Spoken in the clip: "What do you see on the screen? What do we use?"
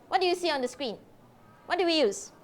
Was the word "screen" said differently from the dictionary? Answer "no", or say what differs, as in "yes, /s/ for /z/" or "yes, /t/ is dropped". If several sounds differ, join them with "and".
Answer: no